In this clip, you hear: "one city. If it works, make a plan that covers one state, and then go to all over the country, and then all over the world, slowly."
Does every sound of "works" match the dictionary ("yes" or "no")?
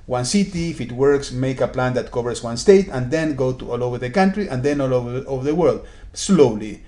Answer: yes